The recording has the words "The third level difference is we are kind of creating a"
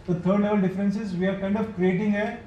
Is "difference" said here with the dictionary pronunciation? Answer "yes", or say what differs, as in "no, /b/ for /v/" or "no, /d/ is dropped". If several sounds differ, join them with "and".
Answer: yes